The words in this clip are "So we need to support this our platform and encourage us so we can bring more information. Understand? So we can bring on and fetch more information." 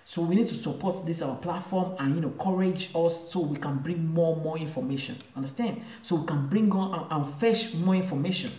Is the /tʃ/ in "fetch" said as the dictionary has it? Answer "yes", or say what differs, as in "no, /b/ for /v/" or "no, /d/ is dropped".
no, /ʃ/ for /tʃ/